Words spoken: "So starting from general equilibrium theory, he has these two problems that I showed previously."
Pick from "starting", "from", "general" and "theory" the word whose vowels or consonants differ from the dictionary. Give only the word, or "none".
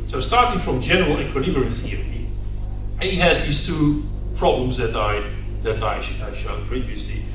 none